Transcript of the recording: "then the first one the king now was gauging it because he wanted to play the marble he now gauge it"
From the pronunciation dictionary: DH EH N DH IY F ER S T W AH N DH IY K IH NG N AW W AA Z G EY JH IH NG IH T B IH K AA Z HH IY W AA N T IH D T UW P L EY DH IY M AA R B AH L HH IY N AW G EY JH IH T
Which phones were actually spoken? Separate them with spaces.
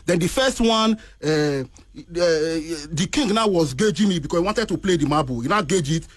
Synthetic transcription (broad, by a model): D EH N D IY F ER S T W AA N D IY K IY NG N AW W AA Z G EY JH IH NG IH T B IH K AA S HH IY W AA N T IH D T UW P L EY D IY M AA B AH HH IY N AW G EY JH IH T